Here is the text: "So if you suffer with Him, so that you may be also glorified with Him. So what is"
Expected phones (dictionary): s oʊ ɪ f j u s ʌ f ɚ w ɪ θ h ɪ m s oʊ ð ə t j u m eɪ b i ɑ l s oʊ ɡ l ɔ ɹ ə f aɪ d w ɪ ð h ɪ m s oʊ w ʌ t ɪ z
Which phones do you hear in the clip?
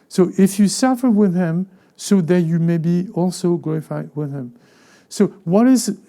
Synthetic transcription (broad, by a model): s oʊ ɪ f j u s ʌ f ɚ w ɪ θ h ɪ m s oʊ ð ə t j u m eɪ b i ɑ l s oʊ ɡ l ɔ ɹ ə f aɪ d w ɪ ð h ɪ m s oʊ w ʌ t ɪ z